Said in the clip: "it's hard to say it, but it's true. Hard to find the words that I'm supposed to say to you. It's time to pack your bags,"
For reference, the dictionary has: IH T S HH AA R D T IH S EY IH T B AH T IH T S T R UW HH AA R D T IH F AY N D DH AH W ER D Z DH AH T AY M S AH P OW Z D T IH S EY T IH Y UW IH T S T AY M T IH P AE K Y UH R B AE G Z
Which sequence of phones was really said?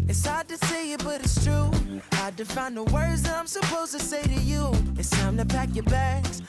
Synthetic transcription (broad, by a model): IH T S HH AA R D T IH S EY IH T B AH T IH T S T R UW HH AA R D T IH F AY N DH AH W ER D Z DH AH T AY M S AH P OW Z T IH S EY T IH Y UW IH T S T AY M T IH P AE K Y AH R B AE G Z